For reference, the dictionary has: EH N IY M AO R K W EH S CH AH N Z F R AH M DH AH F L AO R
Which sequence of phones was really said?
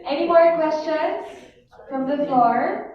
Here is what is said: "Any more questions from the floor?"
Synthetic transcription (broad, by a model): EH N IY M AO R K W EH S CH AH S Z F R AH M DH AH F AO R